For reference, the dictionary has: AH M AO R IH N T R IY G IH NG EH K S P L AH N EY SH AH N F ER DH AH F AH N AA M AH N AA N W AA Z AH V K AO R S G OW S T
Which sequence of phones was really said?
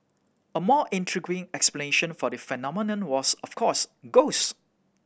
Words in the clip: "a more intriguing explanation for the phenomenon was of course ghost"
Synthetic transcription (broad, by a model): AH M AO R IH N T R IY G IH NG EH K S P L AH N EY SH AH N F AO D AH F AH N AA M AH N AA N W AA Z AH F K AO S G OW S